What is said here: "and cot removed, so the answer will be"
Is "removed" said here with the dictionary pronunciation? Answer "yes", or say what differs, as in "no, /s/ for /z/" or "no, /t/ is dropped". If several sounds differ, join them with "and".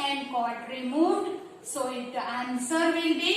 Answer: no, /v/ is dropped